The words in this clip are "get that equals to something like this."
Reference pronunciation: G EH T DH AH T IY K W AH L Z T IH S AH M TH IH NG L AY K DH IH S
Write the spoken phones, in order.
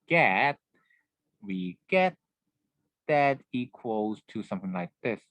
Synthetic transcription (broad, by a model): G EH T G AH T IY K W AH L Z T IH S AH M TH IH NG L AY K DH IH S